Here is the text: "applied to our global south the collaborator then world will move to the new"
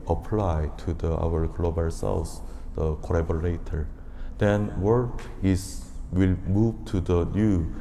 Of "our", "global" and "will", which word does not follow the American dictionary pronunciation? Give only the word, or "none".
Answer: none